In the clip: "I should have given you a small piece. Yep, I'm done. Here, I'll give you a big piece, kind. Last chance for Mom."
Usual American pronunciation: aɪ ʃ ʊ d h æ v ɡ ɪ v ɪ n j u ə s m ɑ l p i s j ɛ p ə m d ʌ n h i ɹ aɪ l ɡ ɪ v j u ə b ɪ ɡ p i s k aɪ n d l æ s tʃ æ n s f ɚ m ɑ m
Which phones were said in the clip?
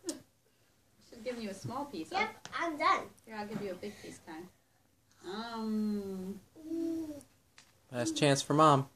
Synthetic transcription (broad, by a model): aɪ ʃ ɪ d ɡ ɪ v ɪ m j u ə s m ɑ l p i s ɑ ə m d ʌ n h i ɹ aɪ l ɡ ɪ v j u ə b ɪ ɡ p i s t aɪ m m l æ s tʃ æ n s f ɚ m ɑ m